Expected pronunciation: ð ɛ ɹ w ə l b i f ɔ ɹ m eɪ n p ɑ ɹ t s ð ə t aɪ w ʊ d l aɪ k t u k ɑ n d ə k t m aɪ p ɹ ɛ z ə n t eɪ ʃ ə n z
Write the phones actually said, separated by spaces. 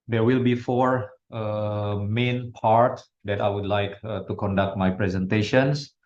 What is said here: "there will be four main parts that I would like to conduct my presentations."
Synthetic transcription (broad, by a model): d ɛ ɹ w ə l b i f ɔ ɹ m eɪ n p ɑ ɹ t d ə t aɪ w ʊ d l aɪ k t u k ɑ n d ə k t m aɪ p ɹ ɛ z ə n t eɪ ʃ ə n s